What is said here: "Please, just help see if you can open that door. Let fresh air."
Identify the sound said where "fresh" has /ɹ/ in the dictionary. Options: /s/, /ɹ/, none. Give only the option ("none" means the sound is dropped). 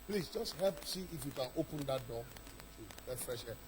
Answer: /ɹ/